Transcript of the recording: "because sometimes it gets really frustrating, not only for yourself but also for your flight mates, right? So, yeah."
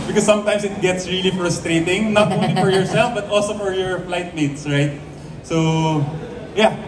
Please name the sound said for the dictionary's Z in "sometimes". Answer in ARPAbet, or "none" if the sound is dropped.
S